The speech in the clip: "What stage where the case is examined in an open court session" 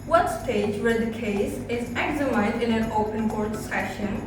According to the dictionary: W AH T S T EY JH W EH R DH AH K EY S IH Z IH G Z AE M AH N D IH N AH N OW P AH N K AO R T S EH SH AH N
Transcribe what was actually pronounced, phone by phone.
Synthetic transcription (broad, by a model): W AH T S T EY JH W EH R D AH K EY S IH Z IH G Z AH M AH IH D IH N AH N OW P AH N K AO R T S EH SH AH N